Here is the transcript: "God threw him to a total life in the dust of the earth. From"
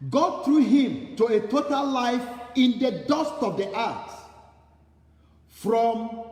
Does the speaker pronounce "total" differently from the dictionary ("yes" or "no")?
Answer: no